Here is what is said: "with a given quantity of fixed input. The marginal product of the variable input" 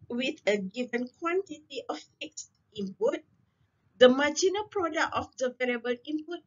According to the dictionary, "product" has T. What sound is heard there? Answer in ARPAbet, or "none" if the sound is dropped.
none